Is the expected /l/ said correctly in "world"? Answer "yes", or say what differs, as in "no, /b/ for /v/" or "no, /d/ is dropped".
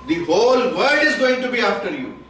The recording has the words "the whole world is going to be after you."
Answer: no, /l/ is dropped